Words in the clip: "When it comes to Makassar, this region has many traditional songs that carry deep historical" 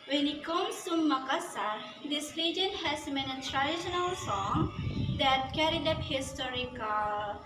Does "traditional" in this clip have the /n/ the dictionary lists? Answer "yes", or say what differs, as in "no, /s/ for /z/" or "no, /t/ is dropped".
yes